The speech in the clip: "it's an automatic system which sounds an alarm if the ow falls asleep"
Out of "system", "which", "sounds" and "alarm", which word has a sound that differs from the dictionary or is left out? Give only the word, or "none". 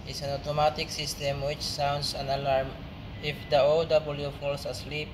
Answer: sounds